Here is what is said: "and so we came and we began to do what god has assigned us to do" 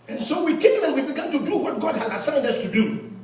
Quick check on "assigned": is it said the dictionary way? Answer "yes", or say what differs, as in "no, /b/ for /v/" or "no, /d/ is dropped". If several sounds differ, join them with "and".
yes